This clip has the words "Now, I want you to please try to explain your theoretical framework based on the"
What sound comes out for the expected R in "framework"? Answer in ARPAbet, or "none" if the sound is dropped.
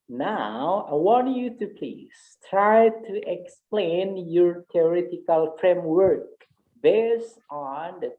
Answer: R